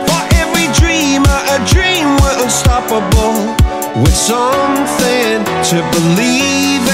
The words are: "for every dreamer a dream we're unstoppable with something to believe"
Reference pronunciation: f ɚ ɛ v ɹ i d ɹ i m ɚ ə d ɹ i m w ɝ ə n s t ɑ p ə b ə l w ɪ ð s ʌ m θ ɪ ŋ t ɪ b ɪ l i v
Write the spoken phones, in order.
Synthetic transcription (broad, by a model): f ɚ ɛ v ɹ i d ɹ i m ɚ ə d ɹ i m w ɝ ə l s t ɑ p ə b l w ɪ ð s ʌ m θ ɪ ŋ t ɪ b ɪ l i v